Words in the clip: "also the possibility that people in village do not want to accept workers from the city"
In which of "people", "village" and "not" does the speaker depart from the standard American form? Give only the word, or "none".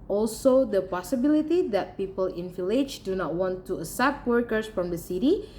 village